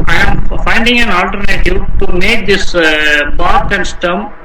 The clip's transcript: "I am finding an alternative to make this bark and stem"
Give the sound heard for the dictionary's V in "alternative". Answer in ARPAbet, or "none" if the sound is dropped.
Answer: P